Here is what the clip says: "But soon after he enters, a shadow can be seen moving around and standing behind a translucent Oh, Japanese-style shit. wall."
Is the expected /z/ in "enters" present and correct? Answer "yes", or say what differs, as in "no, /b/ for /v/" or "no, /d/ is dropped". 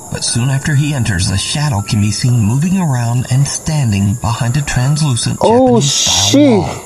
yes